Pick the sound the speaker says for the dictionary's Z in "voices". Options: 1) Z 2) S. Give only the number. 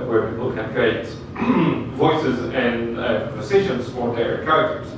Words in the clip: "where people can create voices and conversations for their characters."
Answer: 1